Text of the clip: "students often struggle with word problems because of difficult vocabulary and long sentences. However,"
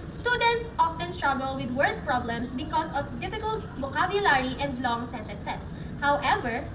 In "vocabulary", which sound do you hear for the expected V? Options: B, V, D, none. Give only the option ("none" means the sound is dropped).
B